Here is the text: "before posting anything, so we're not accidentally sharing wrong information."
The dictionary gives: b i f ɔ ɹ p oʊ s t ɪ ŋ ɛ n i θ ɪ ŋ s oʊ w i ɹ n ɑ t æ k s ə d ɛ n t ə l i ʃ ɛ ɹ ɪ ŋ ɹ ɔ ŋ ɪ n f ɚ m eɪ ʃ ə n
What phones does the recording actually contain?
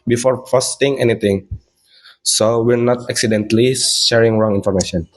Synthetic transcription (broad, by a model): b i f ɔ ɹ f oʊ s t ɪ ŋ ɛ n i t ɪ ŋ s oʊ w i ɹ n ɑ t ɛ k s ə d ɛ n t l i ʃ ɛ ɹ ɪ ŋ ɹ ɔ ŋ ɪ n f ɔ m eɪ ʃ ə n